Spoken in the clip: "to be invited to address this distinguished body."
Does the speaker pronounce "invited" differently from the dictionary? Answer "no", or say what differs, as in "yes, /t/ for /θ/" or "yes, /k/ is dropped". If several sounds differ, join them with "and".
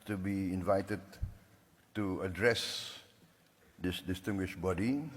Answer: no